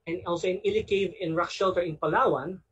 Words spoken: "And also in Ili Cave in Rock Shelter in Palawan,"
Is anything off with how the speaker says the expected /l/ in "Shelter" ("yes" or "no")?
no